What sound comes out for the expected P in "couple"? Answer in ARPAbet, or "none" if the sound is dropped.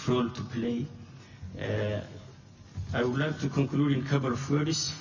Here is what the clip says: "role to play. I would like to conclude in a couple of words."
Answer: B